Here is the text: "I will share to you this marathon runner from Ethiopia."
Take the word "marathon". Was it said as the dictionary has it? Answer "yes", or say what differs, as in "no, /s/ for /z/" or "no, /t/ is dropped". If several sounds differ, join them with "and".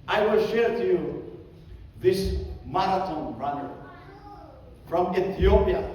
no, /t/ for /θ/